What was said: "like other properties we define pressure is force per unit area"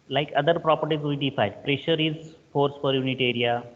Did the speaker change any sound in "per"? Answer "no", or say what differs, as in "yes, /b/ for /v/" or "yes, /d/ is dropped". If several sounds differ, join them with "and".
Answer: yes, /f/ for /p/